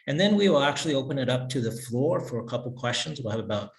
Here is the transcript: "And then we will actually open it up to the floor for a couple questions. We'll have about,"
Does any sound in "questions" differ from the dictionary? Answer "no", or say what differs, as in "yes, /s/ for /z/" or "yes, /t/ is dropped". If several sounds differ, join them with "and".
no